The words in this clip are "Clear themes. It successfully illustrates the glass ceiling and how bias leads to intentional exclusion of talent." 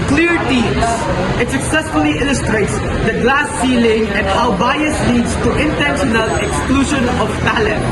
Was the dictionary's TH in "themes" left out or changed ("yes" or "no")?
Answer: yes